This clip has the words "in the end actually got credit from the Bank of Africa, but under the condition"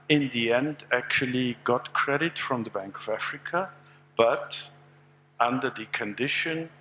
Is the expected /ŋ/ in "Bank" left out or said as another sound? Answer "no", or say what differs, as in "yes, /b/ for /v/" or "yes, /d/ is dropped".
no